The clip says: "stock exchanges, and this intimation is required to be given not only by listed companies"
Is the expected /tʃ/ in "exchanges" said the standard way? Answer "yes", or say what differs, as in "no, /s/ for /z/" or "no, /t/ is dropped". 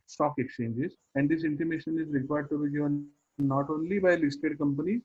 yes